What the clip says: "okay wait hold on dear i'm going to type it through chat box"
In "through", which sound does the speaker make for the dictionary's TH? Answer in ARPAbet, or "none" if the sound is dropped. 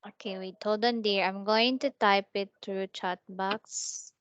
T